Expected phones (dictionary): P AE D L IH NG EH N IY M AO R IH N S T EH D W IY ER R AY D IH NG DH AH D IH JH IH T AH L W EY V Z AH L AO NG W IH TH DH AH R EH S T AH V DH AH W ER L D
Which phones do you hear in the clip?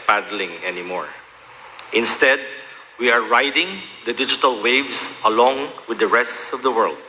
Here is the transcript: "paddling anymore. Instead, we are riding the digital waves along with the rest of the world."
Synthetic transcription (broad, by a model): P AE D L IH NG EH N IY M AO R IH N S T EH D W IY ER R AY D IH NG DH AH D IH JH IH T AH L W EY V S AH L AO NG W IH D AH R EH S T AH V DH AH W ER L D